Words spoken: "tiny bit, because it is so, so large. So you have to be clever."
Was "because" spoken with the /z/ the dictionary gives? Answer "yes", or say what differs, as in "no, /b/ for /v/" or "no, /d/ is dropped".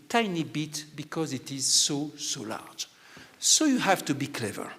yes